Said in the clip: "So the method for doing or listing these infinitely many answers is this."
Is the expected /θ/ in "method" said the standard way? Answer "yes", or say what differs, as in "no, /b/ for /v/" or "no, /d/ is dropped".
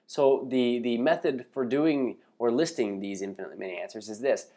yes